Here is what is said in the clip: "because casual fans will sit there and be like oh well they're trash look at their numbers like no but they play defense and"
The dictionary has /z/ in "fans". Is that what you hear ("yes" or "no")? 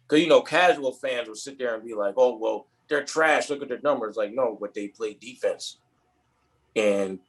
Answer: yes